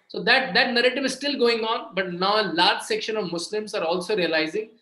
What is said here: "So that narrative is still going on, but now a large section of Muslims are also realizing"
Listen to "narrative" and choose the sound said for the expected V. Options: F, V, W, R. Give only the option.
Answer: V